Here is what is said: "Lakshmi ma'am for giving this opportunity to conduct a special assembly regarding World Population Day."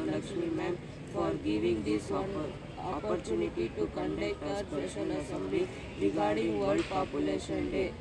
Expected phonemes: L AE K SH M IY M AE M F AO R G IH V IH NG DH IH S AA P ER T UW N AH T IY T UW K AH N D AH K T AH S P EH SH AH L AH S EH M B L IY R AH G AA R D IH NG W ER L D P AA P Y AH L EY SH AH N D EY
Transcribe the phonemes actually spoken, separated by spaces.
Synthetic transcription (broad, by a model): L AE K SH M IY M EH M F AO R G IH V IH NG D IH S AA P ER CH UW N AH T IY T UW K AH N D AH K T AH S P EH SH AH N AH S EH M B L IY R AH G AA R D IH NG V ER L D P AA P Y AH L EY SH AH N D EY